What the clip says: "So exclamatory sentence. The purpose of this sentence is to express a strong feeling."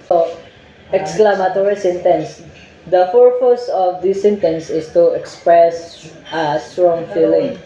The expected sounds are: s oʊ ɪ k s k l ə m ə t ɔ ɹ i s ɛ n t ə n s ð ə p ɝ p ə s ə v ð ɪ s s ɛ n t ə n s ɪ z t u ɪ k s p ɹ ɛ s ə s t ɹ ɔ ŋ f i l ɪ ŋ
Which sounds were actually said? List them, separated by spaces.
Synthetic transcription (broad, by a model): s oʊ ɪ k s k l ə m ə t ɔ ɹ i s ɛ n t ə n s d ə f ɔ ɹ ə s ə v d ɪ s s ɛ n t ə n s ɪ s t u ɪ k s p ɹ ɛ s ə s t ɹ ɔ ŋ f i l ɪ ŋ